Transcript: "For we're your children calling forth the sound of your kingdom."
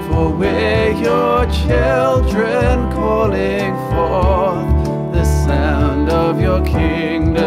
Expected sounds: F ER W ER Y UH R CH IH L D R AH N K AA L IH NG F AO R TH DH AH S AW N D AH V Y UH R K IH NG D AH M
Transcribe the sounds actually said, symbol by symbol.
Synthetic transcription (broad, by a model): F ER W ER Y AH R CH IH L D R AH N K AA L IH NG F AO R DH AH S AW N D AH V Y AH R K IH NG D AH